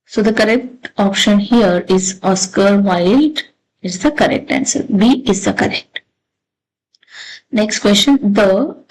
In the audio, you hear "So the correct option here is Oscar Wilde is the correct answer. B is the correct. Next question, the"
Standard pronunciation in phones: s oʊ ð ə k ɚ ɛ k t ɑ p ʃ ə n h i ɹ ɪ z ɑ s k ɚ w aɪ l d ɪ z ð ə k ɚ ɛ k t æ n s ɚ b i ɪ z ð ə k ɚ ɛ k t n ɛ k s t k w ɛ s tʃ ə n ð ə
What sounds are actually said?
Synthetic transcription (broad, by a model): s oʊ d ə k ɚ ɛ k t ɑ p ʃ ə n h i ɹ ɪ z ɑ s k ɚ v aɪ l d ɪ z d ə k ɚ ɛ k t æ n s ɚ b i ɪ z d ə k ɚ ɛ k t n ɛ k s t k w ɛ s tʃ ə n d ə